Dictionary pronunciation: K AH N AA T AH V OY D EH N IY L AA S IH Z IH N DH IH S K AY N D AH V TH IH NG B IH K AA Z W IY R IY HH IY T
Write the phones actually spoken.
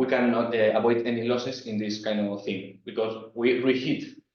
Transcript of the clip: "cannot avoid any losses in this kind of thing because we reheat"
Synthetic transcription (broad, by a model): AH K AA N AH B OY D EH N IY L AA S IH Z IH N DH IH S K AY N D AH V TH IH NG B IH K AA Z W IY R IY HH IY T